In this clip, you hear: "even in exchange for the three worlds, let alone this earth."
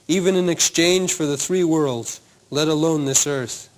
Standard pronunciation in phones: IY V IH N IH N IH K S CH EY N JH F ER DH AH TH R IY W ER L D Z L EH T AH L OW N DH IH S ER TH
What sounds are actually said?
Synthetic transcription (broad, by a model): IY V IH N IH N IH K S CH EY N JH F ER DH AH TH R IY W ER L D Z L EH T AH L OW N DH IH S ER TH